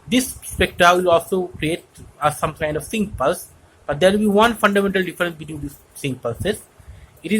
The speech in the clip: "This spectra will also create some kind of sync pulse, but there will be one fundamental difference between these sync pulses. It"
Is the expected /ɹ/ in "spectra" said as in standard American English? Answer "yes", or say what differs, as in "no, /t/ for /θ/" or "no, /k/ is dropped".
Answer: no, /ɹ/ is dropped